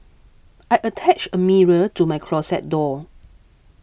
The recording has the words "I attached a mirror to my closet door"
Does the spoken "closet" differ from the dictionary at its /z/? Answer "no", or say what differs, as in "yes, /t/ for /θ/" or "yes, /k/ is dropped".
yes, /s/ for /z/